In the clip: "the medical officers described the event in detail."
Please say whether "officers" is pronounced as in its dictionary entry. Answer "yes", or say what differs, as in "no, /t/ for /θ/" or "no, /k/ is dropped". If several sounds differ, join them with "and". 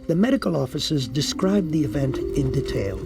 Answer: yes